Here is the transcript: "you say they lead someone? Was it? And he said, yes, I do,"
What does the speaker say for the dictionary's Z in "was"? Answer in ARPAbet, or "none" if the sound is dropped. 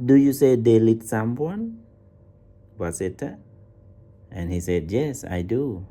S